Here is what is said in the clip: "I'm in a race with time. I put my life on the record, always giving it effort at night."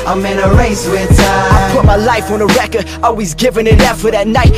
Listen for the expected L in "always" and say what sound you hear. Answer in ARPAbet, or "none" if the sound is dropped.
L